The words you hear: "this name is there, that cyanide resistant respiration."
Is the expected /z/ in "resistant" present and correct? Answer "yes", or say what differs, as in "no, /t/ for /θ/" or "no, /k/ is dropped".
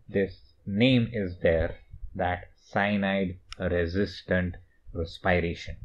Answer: yes